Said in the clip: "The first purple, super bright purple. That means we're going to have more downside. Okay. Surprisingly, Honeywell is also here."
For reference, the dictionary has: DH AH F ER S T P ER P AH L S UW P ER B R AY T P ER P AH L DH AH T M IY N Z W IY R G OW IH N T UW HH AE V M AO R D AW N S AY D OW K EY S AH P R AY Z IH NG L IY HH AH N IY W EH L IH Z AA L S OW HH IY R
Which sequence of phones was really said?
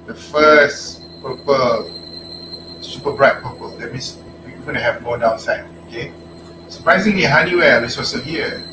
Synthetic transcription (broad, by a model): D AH F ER S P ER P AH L S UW P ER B R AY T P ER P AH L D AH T M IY N S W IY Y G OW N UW HH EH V M AO D AW N S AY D OW K EY S AH P R AY Z IH NG L IY HH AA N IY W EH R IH S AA S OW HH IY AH